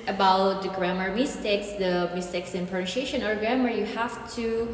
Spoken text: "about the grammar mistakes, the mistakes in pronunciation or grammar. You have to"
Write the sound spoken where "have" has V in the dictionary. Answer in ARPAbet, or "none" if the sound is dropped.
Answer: F